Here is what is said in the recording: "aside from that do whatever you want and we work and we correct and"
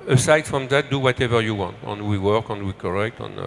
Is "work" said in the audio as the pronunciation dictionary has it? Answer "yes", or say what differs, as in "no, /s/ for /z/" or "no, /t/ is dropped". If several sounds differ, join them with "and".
yes